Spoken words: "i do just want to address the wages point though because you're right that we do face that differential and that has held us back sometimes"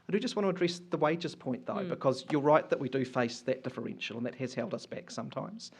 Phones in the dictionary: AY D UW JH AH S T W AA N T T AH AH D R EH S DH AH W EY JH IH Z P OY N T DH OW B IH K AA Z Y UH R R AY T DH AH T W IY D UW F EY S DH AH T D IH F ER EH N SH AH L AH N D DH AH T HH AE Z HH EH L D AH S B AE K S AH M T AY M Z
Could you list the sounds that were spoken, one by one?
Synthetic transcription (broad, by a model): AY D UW JH AH S T W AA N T T AH AH D R EH S DH AH W EY JH IH Z P OY N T DH OW B IH K AA Z Y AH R R AY T DH AH T W IY D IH F EY S DH AH T D IH F ER EH N SH AH L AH N DH AH T HH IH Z HH EH L D AH S B AE K S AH M T AY M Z